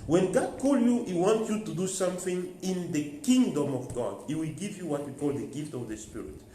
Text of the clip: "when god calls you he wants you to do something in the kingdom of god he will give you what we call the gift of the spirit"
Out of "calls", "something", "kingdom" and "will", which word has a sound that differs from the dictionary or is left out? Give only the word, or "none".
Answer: calls